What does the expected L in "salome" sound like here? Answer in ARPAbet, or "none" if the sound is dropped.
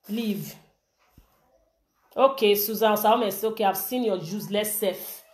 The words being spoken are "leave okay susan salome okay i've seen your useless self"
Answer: none